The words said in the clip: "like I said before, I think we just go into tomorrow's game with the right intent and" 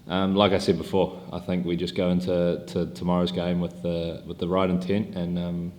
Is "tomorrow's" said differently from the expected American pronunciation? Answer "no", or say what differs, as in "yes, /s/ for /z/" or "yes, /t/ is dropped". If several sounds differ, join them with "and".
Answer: no